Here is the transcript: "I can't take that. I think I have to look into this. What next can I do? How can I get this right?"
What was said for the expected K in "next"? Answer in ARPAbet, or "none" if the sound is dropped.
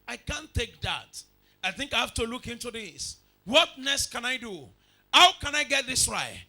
none